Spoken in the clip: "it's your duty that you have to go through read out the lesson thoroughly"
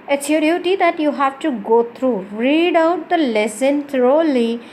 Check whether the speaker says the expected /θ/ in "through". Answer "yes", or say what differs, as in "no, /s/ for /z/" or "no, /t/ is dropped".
no, /t/ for /θ/